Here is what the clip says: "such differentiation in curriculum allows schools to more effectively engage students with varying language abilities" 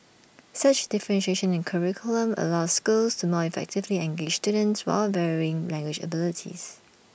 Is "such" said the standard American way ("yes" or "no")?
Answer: yes